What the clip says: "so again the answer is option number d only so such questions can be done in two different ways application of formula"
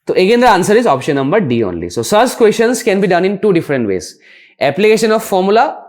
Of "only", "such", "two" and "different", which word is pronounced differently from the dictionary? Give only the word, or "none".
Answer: such